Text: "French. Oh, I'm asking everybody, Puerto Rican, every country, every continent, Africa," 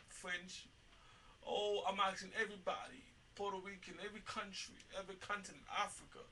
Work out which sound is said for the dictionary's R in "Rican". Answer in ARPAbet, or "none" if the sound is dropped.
W